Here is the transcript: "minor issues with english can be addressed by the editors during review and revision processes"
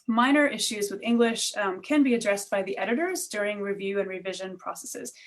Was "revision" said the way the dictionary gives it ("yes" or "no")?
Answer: yes